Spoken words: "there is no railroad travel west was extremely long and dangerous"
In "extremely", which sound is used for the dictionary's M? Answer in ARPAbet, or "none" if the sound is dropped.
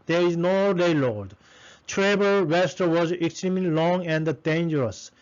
M